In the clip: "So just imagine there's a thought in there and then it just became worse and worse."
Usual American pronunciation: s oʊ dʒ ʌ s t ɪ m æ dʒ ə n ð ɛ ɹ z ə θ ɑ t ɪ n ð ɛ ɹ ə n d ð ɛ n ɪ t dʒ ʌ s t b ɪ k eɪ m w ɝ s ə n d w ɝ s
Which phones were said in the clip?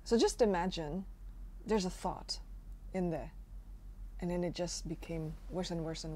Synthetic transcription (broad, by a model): s oʊ dʒ ʌ s t ɪ m æ dʒ ə n ð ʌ ɹ z ə θ ɑ t ɪ n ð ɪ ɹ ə n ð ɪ n ɪ t dʒ ʌ s t b ɪ k eɪ m w ɝ s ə n w ɝ s